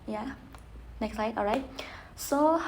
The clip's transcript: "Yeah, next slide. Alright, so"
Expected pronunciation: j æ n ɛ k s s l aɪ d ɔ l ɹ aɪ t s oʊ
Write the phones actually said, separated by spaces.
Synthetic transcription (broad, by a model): j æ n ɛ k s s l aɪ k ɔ ɹ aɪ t s oʊ